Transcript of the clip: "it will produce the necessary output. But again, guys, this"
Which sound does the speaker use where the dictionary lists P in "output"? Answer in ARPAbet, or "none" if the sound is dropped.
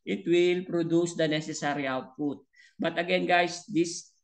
P